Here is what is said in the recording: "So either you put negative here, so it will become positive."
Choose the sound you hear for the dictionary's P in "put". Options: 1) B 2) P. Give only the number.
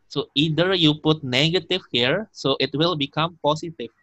2